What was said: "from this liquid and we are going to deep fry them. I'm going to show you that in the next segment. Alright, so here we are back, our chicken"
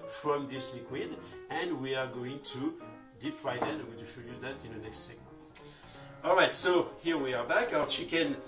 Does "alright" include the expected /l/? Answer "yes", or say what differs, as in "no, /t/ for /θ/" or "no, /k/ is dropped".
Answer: yes